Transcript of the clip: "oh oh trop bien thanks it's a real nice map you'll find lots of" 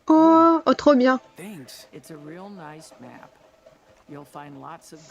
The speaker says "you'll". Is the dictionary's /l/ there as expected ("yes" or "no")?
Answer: yes